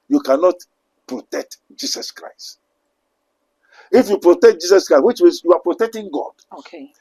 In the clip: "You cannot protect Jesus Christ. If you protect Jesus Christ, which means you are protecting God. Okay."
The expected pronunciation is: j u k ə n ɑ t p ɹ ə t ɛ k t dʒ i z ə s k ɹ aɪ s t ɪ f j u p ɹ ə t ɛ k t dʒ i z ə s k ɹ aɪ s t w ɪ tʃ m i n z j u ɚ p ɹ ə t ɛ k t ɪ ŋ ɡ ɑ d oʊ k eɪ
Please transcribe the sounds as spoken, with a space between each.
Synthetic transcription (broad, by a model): j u k ə n ɑ t p ɹ ə t ɛ k t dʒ i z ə s k ɹ aɪ s t ɪ f j u p ɹ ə t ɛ k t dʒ i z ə s k ɹ aɪ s w ɪ tʃ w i z j u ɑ p ɹ ə t ɛ k t ɪ ŋ ɡ ɑ d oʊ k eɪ